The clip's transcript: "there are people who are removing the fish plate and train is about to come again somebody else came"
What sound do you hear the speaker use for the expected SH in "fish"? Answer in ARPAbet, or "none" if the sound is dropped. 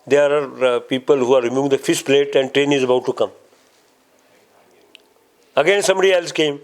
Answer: S